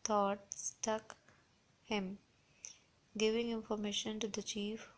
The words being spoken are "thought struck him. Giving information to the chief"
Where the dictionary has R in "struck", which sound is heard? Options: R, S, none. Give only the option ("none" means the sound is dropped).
none